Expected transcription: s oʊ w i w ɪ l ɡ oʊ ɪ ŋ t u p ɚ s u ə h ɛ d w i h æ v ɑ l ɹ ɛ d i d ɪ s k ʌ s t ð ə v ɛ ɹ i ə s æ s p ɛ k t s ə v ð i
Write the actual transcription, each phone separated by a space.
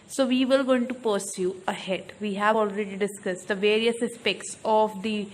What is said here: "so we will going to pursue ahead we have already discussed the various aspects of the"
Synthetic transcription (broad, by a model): s oʊ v i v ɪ l ɡ oʊ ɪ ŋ t u p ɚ s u ə h ɛ d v i h æ v ɑ l ɹ ɛ d i d ɪ s k ʌ s t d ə v ɛ ɹ i ə s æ s p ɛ k t s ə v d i